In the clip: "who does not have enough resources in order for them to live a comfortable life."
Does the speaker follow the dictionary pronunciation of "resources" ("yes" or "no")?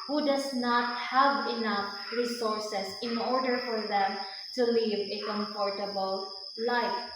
no